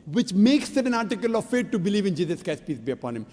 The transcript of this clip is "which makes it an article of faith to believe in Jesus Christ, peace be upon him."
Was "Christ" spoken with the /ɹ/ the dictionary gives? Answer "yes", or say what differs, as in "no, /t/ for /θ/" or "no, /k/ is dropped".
no, /ɹ/ is dropped